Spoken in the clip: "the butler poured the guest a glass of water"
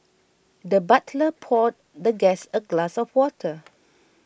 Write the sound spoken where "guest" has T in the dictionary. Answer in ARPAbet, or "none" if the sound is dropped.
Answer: none